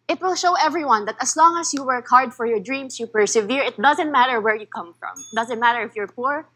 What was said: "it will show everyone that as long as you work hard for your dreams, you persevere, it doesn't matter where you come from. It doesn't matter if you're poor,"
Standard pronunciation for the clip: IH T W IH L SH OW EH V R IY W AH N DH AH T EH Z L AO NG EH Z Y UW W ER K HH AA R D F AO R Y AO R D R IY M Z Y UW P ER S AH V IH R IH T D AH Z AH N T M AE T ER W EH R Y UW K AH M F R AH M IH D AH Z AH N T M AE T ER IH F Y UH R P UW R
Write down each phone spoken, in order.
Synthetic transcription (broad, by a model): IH T W IH L SH OW EH V R IY W AH N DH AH T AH S L AO NG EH S Y UW W ER K HH AA R D F AO R Y AO R D R IY M S Y UW P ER S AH V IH R IH T D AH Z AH N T M AE T ER W EH R Y UW K AH M F R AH M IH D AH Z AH N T M AE T ER IH F Y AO R P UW R